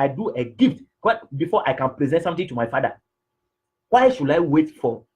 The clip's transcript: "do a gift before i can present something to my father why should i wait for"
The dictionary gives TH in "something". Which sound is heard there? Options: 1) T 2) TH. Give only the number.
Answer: 1